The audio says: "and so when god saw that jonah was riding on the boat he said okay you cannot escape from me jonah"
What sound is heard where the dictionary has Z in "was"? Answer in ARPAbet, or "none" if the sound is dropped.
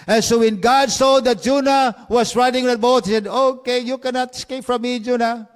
S